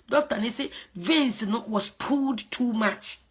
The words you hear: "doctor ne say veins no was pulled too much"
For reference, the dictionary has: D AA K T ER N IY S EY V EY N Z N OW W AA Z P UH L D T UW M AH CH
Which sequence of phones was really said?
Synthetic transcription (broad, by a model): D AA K T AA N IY S EY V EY N S N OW W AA S P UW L D T UW M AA CH